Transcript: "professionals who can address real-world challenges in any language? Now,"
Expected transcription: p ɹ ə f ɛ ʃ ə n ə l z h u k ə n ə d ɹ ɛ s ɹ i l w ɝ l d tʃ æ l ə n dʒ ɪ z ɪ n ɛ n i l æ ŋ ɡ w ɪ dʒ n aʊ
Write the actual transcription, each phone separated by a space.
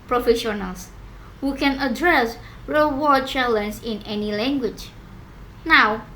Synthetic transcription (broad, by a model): p ɹ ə f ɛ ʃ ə n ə l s h u k ə n ə d ɹ ɛ s ɹ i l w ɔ d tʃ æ l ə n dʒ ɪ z ɪ n ɛ n i l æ ŋ ɡ w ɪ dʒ n aʊ